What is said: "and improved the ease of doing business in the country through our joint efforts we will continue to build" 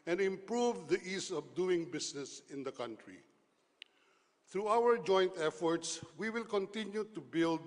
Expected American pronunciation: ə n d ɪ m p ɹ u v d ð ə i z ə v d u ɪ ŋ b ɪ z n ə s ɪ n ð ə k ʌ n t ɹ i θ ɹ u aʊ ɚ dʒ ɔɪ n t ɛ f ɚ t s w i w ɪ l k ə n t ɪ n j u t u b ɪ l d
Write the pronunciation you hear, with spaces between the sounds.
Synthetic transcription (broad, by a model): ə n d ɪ m p ɹ u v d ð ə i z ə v d u ɪ ŋ b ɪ s n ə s ɪ n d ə k ʌ n t ɹ i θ ɹ u aʊ ɚ dʒ ɔɪ n t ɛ f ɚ t s w i w ɪ l k ə n t ɪ n j u t u b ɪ l d